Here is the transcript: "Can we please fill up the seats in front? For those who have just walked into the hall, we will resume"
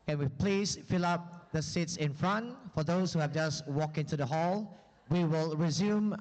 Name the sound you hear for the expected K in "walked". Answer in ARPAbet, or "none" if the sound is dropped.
K